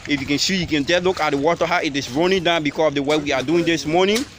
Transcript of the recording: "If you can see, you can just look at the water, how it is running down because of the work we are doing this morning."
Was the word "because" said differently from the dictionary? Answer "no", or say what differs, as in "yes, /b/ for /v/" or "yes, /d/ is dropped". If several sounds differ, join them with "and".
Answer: yes, /s/ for /z/